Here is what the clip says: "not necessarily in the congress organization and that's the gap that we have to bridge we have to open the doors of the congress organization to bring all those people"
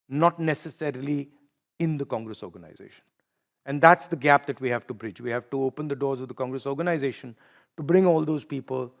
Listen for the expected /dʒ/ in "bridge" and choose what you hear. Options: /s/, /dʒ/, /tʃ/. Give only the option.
/dʒ/